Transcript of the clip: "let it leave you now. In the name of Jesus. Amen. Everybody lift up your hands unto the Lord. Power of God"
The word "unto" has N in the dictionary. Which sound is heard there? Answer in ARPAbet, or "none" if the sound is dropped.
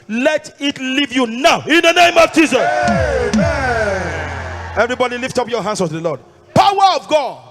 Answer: none